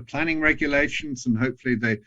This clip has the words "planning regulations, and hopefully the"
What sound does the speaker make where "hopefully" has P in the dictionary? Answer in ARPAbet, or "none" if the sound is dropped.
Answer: P